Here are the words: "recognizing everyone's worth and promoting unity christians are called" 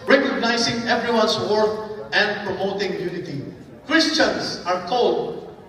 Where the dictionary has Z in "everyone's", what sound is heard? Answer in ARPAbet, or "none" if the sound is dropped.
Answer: S